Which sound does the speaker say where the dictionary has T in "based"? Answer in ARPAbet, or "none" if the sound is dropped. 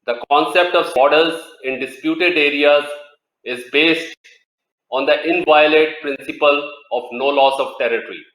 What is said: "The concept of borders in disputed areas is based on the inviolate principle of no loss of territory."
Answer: T